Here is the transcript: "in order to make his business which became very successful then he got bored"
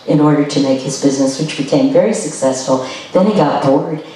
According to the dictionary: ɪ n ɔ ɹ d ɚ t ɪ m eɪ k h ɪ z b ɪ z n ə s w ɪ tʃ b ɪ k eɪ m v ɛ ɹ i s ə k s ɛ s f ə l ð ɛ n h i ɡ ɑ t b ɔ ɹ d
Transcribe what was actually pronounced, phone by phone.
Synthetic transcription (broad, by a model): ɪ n ɔ ɹ d ɚ t ɪ m eɪ k h ɪ z b ɪ z n ə s w ɪ tʃ b ɪ k eɪ m v ɛ ɹ i s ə k s ɛ s f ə l ð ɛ n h i ɡ ɑ t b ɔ ɹ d